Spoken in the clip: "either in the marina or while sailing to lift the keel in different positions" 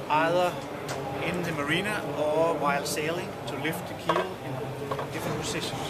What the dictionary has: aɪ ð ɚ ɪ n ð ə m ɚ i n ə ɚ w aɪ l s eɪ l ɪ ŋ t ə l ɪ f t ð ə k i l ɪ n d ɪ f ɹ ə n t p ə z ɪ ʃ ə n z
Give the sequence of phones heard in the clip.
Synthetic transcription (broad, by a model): aɪ ð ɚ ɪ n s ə m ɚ i n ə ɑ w aɪ l s eɪ l ɪ ŋ s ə l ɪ f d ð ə k i l ɪ n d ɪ f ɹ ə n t p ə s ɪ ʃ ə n